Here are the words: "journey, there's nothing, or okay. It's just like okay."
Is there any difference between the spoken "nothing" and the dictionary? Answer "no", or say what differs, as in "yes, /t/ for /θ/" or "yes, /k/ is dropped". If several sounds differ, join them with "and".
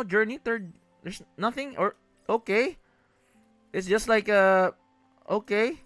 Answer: no